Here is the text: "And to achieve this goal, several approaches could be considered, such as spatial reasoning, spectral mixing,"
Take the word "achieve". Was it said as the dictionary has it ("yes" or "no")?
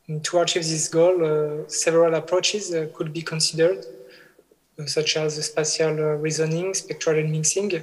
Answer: yes